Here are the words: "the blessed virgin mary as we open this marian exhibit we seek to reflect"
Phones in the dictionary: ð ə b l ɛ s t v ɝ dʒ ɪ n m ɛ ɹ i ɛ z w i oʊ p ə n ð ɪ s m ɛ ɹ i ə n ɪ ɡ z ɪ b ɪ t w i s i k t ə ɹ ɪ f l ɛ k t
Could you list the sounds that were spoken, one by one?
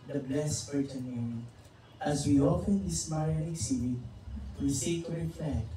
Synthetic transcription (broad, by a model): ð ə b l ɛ s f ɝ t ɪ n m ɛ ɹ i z w i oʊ f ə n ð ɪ s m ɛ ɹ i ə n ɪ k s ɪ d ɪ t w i s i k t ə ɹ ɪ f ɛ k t